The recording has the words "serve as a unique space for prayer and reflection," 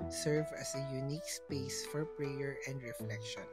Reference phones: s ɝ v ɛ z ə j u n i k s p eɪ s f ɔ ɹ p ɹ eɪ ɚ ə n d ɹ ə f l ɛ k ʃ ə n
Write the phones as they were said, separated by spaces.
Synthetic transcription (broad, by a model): s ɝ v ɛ s ə j u n i k s p eɪ s f ɔ ɹ p ɹ eɪ ɚ ə n d ɹ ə f l ɛ k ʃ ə n